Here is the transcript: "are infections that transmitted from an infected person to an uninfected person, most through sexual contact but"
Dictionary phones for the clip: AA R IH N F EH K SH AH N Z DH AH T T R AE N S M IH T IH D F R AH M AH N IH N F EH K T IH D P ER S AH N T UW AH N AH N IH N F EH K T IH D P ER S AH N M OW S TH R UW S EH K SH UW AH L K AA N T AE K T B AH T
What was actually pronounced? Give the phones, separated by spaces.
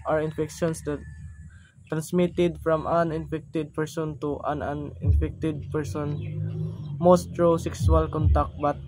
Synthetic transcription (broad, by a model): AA R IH N F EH K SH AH N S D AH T T R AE N S M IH T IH D F R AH M AH N IH N F EH K T IH D P ER S AH N T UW AH N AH N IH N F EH K T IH D P ER S AH N M OW S T R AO S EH K S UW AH L K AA N T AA K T B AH T